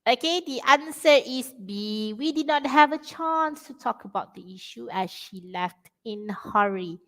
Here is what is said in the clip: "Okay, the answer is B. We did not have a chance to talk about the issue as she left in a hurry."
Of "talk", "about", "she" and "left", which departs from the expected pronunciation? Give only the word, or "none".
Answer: none